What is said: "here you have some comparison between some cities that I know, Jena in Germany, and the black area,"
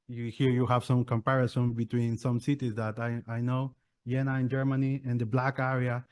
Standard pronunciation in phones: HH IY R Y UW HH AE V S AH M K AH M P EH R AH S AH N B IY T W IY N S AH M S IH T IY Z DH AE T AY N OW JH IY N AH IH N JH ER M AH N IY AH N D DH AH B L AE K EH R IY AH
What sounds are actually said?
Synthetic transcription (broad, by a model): HH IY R Y UW HH AE V S AH M K AH M P EH R AH S AH N B IY T W IY N S AH M S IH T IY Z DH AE T AY N OW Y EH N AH IH N JH ER M AH N IY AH N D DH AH B L AE K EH R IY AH